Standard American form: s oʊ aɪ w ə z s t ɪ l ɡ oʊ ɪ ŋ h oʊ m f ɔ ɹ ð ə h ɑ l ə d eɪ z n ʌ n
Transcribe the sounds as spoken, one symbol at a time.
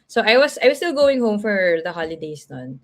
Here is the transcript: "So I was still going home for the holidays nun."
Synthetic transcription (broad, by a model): s oʊ aɪ w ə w s t ɪ l ɡ oʊ ɪ ŋ h oʊ m f ɔ ɹ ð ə h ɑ l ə d eɪ s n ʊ n